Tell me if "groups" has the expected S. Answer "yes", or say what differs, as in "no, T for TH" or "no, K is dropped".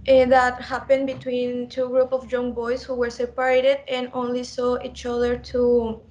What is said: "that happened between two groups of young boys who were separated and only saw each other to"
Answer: no, S is dropped